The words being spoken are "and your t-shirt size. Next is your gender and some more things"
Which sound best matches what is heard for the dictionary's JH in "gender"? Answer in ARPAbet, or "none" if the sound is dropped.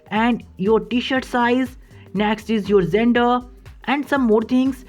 Z